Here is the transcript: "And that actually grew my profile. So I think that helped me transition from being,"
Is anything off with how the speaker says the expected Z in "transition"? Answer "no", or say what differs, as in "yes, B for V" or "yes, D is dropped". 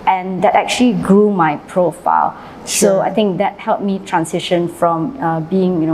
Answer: yes, S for Z